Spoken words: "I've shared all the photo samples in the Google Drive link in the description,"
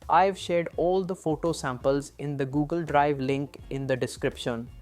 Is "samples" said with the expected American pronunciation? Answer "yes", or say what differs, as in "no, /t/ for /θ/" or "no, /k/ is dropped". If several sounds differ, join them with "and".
yes